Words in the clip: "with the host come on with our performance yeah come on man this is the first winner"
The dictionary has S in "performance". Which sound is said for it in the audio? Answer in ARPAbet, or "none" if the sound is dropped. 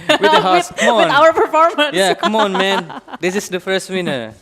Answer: none